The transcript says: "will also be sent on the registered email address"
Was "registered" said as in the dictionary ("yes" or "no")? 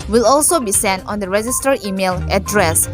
no